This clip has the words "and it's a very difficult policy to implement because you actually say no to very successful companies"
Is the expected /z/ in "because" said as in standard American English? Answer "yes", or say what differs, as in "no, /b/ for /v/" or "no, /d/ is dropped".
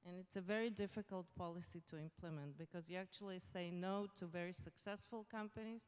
yes